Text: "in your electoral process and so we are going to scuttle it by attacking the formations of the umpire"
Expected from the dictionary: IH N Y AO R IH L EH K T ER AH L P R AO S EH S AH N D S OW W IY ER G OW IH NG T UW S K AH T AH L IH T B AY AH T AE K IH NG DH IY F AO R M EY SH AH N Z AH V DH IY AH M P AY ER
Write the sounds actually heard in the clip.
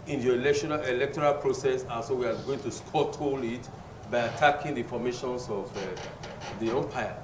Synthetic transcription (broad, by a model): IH N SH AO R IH L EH K T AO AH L P R AO S EH S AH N S OW W IY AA G OW IH NG T UW S K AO T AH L IH T B AY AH T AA K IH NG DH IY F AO M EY SH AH N S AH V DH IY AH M P AY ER